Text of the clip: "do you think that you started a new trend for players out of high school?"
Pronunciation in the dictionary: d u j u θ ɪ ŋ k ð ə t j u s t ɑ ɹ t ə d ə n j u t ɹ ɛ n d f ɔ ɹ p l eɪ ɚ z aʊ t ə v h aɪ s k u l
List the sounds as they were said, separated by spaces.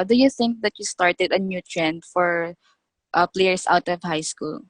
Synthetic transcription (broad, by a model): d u j u θ ɪ ŋ k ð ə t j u s t ɑ ɹ t ə d ə n j u t ɹ ɛ n d f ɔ ɹ p l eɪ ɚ s aʊ t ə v h aɪ s k u l